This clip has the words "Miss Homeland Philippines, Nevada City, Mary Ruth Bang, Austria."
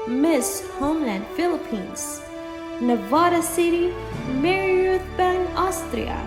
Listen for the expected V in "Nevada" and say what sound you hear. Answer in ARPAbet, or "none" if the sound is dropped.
V